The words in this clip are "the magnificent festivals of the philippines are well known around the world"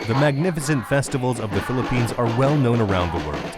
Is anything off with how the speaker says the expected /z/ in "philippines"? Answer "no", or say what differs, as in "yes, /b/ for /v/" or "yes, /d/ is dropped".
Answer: no